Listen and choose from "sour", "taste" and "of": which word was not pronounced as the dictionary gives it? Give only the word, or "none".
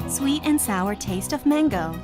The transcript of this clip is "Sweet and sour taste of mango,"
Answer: none